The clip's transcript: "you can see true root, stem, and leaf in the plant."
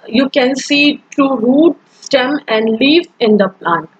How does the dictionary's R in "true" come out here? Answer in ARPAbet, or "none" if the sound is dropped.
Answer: none